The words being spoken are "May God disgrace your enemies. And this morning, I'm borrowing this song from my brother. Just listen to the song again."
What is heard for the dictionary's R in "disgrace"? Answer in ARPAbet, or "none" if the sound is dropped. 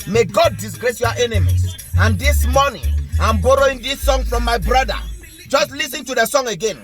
R